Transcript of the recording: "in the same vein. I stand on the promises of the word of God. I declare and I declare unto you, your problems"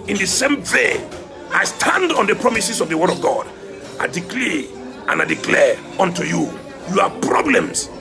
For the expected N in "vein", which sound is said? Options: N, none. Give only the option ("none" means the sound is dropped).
none